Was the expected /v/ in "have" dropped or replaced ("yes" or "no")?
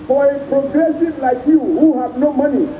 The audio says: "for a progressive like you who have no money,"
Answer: yes